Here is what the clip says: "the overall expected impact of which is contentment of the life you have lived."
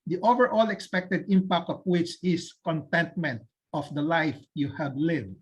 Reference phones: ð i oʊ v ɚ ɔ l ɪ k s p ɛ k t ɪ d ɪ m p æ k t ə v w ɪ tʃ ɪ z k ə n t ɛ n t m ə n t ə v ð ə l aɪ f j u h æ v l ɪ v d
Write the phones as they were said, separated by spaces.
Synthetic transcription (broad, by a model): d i oʊ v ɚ ɔ l ɪ k s p ɛ k t ɪ d ɪ m p æ k t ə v w ɪ tʃ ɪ s k ə n t ɛ n t m ə n t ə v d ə l aɪ f j u h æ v l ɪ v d